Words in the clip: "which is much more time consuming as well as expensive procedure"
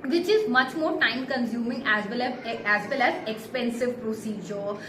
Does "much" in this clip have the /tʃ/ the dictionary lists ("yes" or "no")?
yes